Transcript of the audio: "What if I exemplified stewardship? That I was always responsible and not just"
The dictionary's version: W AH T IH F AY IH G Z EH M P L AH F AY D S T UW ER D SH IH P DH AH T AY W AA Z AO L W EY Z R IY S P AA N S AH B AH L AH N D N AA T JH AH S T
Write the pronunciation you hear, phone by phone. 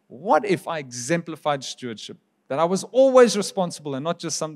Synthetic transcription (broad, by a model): W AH T IH F AY IH G Z EH M P L AH F AY D S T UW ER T SH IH P DH AH T AY W AA Z AO L W EY Z R IY S P AA N S AH B AH L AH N N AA T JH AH S T